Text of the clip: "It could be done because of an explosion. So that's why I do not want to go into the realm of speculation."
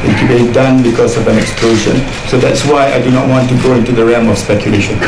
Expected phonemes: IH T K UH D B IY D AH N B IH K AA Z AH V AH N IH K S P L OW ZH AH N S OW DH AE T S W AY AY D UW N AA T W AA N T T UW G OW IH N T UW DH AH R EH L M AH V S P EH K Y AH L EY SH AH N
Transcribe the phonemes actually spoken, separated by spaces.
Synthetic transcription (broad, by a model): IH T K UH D B IY D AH N B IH K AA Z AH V AH N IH K S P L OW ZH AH N S OW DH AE T S W AY AY D UW N AA T W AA N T T UW G OW IH N T UW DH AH R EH M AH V S P EH K Y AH L EY SH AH N